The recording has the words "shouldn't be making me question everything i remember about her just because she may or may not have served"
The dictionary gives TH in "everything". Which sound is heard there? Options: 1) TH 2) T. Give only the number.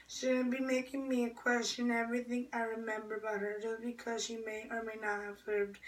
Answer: 1